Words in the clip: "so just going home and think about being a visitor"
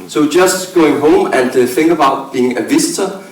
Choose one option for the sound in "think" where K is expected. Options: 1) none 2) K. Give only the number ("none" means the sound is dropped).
1